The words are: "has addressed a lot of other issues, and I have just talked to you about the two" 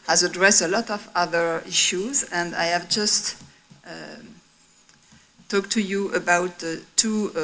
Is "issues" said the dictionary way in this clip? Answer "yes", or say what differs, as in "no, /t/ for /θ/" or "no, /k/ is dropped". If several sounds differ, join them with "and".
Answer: yes